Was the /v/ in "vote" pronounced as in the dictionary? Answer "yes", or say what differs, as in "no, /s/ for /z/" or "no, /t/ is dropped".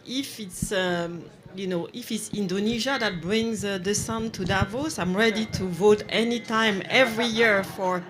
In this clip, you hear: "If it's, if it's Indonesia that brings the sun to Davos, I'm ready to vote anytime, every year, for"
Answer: yes